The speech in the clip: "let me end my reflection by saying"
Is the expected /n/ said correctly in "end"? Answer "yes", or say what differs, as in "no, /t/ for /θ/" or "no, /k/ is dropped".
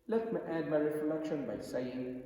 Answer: no, /n/ is dropped